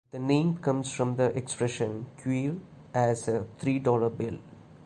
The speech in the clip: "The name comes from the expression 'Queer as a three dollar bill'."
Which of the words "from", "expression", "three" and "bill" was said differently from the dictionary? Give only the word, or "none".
three